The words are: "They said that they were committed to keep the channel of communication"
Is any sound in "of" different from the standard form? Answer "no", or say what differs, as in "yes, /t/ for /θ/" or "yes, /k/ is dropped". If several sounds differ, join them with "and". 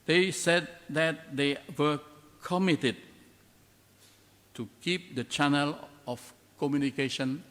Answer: yes, /f/ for /v/